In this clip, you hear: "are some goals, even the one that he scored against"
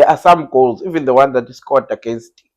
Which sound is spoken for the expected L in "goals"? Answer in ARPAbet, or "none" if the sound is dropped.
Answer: L